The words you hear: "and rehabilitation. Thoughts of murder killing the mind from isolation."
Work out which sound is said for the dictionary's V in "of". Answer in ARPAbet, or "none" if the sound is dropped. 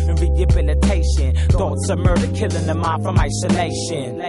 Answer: B